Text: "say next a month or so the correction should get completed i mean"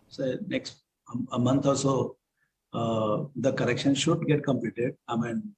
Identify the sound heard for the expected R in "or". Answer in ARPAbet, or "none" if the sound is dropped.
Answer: L